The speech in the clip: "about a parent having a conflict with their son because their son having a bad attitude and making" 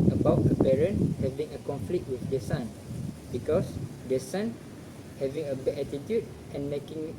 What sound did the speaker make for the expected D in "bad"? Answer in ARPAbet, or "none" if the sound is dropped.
none